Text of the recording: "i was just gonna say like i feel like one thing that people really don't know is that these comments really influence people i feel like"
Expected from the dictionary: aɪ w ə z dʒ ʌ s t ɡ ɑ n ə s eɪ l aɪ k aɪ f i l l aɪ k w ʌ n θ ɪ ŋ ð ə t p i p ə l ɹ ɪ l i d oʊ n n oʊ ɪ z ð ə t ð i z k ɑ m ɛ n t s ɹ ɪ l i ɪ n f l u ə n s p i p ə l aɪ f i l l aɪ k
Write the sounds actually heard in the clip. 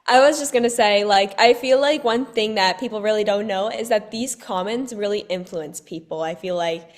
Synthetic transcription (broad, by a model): aɪ w ə z dʒ ʌ s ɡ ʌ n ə s eɪ l aɪ k aɪ f i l l aɪ k w ʌ n θ ɪ ŋ ð ə t p i p l ɹ ɪ l i d oʊ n n oʊ ɪ z ð ə t ð i z k ɑ m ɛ n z ɹ ɪ l i ɪ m f l u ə n s p i p l aɪ f i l l aɪ k